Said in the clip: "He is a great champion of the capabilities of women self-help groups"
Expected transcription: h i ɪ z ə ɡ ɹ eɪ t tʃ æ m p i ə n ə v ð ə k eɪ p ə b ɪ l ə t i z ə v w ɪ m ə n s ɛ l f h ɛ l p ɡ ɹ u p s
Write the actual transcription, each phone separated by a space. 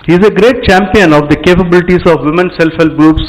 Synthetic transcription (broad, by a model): h i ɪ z ə ɡ ɹ eɪ t tʃ æ m p i ə n ə v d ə k eɪ p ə b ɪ l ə t i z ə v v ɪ m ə n s ɛ l f h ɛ l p ɡ ɹ u p s